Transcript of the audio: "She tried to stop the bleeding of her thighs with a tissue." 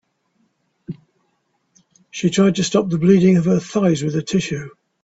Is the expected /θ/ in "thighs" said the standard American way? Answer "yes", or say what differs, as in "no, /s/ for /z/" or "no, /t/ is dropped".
yes